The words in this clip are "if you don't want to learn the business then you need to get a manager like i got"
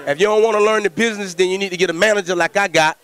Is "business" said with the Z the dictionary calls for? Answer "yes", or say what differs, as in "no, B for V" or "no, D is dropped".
yes